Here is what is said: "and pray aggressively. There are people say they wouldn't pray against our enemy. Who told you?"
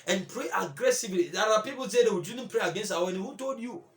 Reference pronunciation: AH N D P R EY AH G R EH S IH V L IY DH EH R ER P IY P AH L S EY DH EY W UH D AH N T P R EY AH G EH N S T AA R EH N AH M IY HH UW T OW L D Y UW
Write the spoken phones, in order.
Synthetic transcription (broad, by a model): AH N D P R EY AH G R EH S IH V L IY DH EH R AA P IY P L S EY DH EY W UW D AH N P R EY AH G EH N S T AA W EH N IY HH UW T OW L D Y UW